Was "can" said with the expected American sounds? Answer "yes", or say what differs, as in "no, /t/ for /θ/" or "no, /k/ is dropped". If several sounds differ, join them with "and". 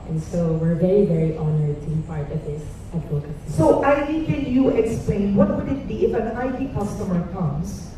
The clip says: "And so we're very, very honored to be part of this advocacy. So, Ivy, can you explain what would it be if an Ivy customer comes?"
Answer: no, /l/ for /n/